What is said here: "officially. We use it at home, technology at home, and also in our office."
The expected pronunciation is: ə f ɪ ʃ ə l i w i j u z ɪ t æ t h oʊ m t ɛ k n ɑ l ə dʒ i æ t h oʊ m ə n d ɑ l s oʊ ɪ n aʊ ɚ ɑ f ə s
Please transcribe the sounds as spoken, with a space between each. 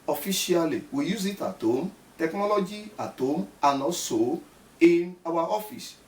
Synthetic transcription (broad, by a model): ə f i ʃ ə l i w i j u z ɪ t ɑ t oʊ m t ɛ k n ɑ l ə dʒ i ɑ t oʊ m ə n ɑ s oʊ ɪ n aʊ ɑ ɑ f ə s